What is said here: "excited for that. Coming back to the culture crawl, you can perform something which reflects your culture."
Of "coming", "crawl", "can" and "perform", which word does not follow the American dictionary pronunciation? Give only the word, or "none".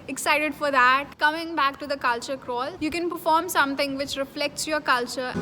none